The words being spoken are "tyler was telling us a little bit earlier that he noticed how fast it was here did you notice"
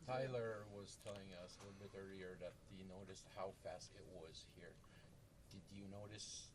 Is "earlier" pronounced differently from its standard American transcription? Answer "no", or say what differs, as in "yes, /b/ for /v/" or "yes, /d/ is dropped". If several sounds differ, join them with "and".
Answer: yes, /l/ is dropped